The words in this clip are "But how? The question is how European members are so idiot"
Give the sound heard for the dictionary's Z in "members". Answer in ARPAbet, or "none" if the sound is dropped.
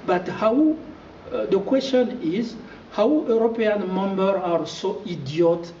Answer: none